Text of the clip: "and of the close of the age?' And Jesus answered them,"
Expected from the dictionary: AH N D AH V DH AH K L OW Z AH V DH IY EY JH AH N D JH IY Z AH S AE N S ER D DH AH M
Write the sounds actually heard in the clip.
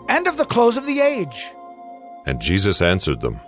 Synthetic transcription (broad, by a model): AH N D AH V DH AH K L OW Z AH V DH IY EY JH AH N JH IY Z AH S AE N S ER D DH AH M